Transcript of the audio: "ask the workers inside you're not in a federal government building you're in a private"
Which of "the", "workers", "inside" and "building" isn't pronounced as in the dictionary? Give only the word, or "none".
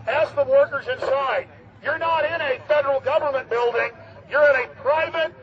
none